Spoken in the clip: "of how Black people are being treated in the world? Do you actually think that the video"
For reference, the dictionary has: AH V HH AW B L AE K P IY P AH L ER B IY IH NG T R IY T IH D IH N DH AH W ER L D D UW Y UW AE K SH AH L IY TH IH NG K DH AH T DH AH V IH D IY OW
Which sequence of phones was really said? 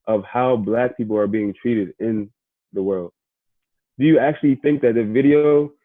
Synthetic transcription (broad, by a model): AH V HH AW B L AE K P IY P L ER B IY IH NG T R IY T IH D IH N DH AH W ER L D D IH Y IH AE K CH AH L IY TH IH NG K DH AH T DH AH V IH D IY OW